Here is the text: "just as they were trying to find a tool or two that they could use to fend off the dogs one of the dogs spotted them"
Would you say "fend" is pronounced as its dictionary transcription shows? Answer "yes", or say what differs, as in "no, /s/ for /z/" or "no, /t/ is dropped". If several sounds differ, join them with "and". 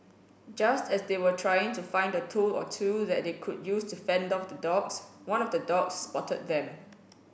yes